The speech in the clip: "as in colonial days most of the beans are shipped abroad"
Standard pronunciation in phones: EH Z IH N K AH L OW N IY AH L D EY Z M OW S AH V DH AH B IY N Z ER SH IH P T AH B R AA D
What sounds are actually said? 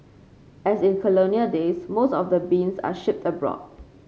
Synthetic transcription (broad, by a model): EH S IH N K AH L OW N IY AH D EY S M OW S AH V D AH B IY N S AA SH IH P T AH B R AA D